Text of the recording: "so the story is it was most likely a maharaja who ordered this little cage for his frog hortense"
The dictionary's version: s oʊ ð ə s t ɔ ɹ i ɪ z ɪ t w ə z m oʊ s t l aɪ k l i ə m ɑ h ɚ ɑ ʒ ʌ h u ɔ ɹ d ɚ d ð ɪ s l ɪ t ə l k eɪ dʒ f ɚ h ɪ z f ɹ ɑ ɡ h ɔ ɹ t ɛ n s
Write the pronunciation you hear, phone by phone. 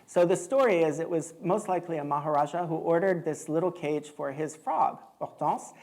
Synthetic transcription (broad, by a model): s oʊ ð ə s t ɔ ɹ i ɪ z ɪ t w ə z m oʊ s t l aɪ k l i ə m ɑ h ɚ ɑ ʒ ʌ h u ɔ ɹ d ɚ d ð ɪ s l ɪ t l k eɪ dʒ f ɚ ɪ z f ɹ ɑ ɡ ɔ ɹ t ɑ s